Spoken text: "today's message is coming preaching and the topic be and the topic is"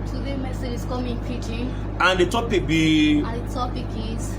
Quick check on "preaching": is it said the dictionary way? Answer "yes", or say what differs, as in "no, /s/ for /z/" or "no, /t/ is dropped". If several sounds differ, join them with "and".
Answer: no, /ɹ/ is dropped